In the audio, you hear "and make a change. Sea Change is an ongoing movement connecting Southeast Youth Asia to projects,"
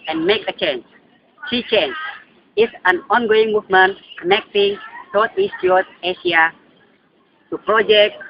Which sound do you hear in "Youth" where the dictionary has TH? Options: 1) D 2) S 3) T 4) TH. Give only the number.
3